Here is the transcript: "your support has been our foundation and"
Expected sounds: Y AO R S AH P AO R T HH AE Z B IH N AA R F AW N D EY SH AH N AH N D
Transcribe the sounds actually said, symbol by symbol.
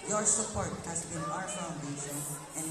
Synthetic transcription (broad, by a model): Y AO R S AH P AO R T HH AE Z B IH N AA R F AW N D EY S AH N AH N